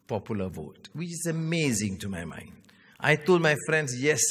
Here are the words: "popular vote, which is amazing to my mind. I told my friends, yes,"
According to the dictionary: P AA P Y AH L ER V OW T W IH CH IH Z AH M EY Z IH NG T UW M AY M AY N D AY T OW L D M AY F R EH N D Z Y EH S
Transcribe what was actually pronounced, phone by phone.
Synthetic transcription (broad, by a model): P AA P Y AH L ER V OW T W IH CH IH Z AH M EY Z IH NG T UW M AY M AY N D AY T OW L D M AY F R EH N D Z Y EH S